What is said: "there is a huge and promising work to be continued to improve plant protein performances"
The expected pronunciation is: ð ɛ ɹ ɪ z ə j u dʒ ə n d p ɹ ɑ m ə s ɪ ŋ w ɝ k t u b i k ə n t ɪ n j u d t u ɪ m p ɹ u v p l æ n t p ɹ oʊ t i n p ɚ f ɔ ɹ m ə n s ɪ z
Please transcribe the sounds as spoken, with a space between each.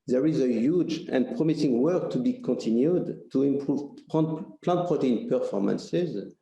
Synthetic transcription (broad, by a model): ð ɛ ɹ ɪ z ə j u dʒ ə n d p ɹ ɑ m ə s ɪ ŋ w ɝ k t u b i k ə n t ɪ n j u d t u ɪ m p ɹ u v p l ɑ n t p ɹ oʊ t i n p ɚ f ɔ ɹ m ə n s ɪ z